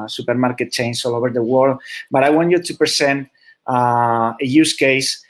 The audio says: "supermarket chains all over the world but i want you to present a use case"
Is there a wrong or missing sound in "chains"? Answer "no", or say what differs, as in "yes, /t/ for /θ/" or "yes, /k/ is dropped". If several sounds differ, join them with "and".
yes, /s/ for /z/